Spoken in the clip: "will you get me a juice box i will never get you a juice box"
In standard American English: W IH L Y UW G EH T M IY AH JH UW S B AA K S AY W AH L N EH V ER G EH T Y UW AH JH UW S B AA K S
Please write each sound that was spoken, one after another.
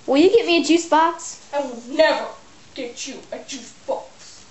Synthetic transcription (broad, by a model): W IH L Y UW G EH T M IY AH JH UW S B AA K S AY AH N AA UH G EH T Y UW AH JH UW S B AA K S